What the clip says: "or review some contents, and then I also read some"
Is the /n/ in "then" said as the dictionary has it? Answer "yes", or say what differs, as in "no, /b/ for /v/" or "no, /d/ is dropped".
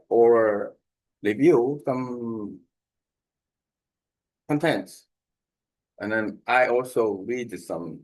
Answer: yes